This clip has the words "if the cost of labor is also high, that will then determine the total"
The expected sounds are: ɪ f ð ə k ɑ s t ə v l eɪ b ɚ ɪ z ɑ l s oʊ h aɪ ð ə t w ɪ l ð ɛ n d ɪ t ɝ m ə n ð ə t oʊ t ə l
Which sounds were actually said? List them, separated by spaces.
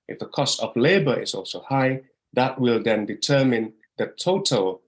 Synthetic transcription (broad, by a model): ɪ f ð ə k ɑ s t ə v l eɪ b ɚ ɪ z ɑ l s oʊ h aɪ ð ə t w ɪ l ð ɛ n d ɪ t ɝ m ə n ð ə t oʊ t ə l